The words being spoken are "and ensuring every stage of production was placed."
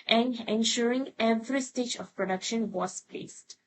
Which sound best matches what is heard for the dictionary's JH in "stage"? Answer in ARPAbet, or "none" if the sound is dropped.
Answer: JH